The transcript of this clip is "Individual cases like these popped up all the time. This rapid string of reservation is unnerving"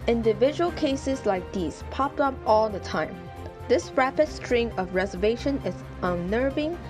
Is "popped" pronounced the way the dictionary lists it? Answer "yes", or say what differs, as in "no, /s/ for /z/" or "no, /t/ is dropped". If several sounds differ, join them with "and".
yes